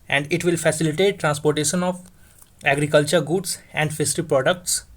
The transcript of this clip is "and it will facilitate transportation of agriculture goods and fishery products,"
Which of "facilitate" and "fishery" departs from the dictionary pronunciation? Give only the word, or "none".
fishery